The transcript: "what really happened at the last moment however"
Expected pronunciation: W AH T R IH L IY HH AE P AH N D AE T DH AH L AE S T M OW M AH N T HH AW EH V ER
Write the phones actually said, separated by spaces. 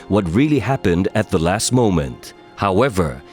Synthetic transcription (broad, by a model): W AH T R IH L IY HH AE P AH N D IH T DH AH L AE S T M OW M AH N T HH AW EH V ER